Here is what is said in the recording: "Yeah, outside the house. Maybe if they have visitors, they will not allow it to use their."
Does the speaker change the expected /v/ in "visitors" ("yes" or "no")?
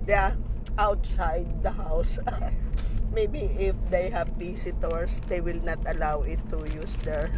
yes